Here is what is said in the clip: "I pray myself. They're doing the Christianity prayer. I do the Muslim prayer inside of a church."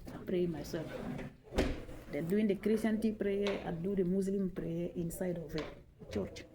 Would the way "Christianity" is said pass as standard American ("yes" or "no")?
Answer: no